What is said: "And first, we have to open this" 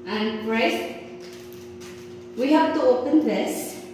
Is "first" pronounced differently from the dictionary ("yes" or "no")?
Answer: yes